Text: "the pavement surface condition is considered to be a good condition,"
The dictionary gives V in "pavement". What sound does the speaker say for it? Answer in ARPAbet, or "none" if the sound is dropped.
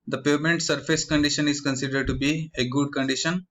none